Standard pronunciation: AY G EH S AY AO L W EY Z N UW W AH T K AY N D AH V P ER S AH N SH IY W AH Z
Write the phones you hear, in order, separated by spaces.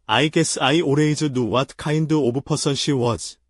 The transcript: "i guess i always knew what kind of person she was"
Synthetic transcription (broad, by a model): AY G EH S AY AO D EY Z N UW W AH T K AY N D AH B P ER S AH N SH IY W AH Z